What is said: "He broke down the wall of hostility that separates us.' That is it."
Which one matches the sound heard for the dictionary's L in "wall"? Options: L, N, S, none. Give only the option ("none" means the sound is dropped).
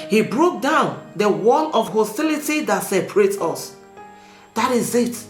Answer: N